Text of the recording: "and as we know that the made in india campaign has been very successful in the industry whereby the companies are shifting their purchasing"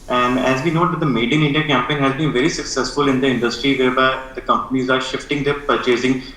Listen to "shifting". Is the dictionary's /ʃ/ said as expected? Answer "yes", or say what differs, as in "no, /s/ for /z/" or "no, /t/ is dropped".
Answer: yes